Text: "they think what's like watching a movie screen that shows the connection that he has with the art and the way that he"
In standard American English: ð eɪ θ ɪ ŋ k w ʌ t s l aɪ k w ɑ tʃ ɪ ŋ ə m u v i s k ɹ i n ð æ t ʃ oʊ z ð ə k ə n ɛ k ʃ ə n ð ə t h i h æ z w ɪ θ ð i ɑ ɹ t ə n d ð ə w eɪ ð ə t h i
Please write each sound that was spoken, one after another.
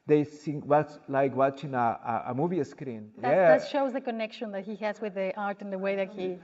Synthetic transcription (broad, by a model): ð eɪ s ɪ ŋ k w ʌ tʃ l aɪ k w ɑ tʃ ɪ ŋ ə m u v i s k ɹ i n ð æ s ʃ oʊ z ð ə k ə n ɛ k ʃ ə n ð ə t h i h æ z w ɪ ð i ɑ ɹ t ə n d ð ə w eɪ ð ə t h i